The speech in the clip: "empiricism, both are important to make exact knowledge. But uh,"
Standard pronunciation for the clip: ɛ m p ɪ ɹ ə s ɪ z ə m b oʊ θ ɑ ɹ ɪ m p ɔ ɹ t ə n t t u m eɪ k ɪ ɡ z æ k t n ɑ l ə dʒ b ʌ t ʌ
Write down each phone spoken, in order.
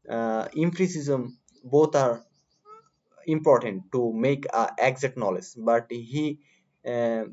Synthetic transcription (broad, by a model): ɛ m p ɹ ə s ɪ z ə m b oʊ t ɑ ɹ ɪ m p ɔ ɹ t ə n t t u m eɪ k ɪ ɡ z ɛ t n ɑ l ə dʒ b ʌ t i